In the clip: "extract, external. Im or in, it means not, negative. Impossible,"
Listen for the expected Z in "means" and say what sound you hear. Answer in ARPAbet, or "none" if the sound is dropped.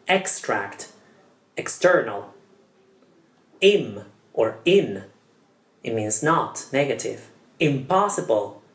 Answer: Z